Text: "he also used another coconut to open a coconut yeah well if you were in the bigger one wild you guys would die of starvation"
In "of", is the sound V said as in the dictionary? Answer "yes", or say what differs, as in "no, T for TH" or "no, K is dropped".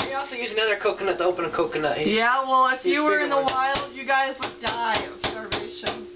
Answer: no, B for V